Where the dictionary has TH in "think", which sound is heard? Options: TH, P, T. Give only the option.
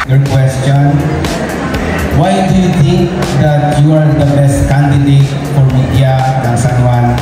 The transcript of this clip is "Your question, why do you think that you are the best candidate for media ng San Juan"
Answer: T